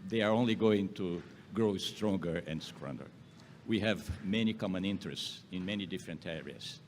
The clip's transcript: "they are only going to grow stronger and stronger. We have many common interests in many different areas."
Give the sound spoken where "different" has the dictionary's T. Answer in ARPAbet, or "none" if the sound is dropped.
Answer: T